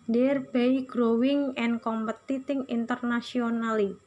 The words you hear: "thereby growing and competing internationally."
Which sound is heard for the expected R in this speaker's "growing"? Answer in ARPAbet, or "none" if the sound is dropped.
R